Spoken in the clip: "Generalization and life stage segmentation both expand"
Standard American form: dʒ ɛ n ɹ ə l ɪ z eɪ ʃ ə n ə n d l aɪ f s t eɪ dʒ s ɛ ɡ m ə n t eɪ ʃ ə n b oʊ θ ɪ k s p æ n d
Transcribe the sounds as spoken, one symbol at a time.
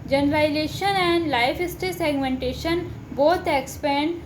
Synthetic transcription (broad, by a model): dʒ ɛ n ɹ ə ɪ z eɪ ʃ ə n ə n d l aɪ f s t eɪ s ɛ ɡ m ə n t eɪ ʃ ə n b oʊ t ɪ k s p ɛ n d